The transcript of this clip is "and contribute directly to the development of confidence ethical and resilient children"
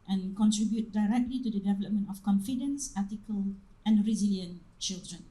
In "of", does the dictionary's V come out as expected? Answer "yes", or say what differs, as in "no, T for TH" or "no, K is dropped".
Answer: no, F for V